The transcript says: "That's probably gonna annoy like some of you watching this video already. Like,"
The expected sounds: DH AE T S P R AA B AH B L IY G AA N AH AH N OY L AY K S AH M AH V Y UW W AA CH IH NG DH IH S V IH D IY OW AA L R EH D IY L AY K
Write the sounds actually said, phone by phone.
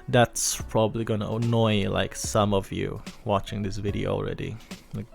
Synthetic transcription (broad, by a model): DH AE T S P R AA B AH B L IY G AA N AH AH N OY L AY K S AH M AH V Y UW W AA CH IH NG DH IH S V IH D IY OW AA L R EH D IY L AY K